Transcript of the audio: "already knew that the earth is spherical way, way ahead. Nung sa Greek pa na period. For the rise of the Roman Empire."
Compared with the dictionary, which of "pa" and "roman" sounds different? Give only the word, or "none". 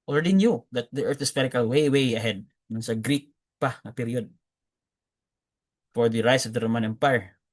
none